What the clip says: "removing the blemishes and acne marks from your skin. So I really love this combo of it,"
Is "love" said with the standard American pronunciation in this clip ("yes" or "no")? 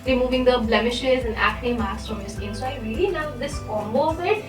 no